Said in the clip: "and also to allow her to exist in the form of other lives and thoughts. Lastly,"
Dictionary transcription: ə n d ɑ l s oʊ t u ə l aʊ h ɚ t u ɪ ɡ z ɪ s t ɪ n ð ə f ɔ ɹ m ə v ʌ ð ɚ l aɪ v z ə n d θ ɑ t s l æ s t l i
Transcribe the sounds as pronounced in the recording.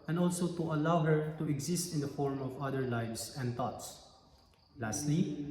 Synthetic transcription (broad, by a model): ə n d ɑ l s oʊ t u ə l aʊ h ɚ t u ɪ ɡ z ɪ s t ɪ n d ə f ɔ ɹ m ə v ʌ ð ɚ l aɪ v s ə n d t ɑ t s l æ s t l i